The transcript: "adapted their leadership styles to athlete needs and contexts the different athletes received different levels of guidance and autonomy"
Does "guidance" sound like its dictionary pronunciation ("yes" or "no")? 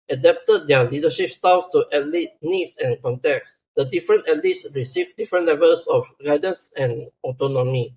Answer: yes